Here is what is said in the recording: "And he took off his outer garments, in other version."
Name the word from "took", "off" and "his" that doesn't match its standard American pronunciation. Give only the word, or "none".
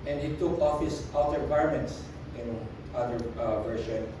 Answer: his